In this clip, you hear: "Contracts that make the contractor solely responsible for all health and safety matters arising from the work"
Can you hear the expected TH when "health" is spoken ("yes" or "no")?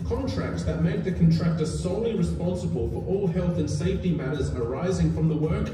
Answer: yes